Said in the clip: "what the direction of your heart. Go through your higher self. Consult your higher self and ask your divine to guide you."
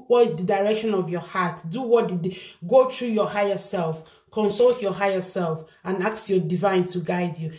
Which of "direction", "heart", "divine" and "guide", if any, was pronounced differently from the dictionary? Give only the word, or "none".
heart